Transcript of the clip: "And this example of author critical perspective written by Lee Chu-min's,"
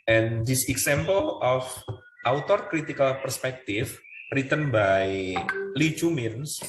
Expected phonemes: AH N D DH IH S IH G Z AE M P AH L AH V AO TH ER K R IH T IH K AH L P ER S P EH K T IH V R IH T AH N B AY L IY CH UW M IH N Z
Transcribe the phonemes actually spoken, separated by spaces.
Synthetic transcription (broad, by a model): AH N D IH S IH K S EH M P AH L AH F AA T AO K R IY T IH K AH L P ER S P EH K T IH F R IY T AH N B AY L IY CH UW M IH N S